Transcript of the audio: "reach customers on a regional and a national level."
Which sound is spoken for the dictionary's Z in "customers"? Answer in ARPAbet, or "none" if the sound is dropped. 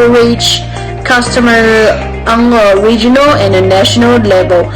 none